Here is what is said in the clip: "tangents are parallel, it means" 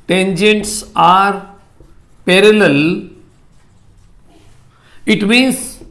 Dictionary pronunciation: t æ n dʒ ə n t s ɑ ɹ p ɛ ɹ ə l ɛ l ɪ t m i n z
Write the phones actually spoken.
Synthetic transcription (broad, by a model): t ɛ n dʒ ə n t s ɑ ɹ p ɛ ɹ ə l ɛ l ɪ t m i n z